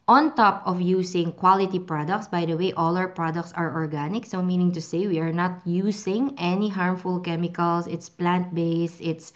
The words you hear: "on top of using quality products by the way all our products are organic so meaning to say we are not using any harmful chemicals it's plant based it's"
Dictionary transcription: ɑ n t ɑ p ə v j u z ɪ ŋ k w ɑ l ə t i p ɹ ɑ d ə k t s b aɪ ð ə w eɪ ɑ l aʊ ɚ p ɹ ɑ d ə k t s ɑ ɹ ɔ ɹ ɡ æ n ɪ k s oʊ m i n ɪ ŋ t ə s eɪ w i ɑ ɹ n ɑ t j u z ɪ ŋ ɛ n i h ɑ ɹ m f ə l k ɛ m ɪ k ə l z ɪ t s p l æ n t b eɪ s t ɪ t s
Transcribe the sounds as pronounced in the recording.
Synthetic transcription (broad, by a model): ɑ n t ɑ p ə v j u s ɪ ŋ k w ɑ l ə t i p ɹ ɑ d ə k t s b aɪ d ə w eɪ ɑ l aʊ ɚ p ɹ ɑ d ə k t s ɑ ɹ ɔ ɹ ɡ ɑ n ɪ k s oʊ m i n ɪ ŋ t ə s eɪ w i ɑ ɹ n ɑ t j u s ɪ ŋ ɛ n i h ɑ ɹ m f ə l k ɛ m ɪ k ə l s ɪ t s p l æ n t b eɪ s ɪ t s